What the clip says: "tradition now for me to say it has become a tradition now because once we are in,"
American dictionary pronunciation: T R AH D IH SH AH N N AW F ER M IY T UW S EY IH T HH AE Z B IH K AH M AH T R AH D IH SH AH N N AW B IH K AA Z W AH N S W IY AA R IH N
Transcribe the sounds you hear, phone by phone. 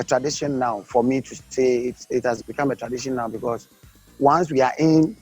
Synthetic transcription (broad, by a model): T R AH D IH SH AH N N AW F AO M IY T UW S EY IH T HH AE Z B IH K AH M AH T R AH D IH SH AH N N AW B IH K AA S W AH N S W IY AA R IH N